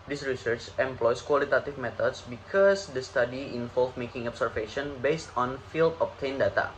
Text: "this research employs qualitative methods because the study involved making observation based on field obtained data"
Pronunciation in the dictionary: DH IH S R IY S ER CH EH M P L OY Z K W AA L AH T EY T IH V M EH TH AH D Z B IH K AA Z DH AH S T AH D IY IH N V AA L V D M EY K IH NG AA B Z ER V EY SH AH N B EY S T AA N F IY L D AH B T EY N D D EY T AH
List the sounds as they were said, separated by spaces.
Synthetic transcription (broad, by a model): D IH S R IY S ER CH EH M P L OY S K W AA L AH T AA T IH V M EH T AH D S B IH K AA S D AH S T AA D IY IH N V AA L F M EY K IH NG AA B S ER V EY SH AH N B EY S T AA N F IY L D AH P T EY N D D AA T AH